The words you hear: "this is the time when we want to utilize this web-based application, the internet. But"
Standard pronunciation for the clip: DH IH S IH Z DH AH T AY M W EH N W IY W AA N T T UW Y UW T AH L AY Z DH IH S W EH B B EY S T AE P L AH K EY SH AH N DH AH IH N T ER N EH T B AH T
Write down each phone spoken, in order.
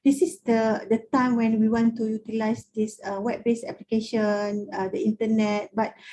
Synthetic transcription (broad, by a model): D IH S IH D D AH T AY M W EH N W IY W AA N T T UW Y UW T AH L AY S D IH S W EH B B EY S EH P L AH K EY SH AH N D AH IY N T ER N EH T B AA T